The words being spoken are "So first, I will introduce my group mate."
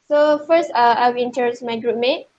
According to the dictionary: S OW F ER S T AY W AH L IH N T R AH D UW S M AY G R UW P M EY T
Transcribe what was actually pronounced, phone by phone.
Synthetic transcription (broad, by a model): S OW F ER S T AY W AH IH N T AH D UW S M AY G R UW P M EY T